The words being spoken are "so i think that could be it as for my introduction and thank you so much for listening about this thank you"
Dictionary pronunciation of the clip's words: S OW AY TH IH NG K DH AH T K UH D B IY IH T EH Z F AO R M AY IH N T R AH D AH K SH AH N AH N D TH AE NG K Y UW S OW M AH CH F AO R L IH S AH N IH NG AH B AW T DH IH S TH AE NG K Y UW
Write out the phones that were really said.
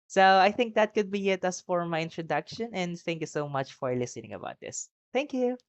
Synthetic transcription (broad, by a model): S OW AY TH IH NG K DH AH T K UH D B IY IH T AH S F AO R M AY IH N T R AH D AH K SH AH N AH N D TH AE NG K Y UW S OW M AH CH F AO R L IH S AH N IH NG AH B AW T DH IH S TH AE NG K Y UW